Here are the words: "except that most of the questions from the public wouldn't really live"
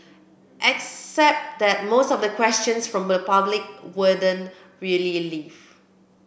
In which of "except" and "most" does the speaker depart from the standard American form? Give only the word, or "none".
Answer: none